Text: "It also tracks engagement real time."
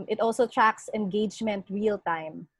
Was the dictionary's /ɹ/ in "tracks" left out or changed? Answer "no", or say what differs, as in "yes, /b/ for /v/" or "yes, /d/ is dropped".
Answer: no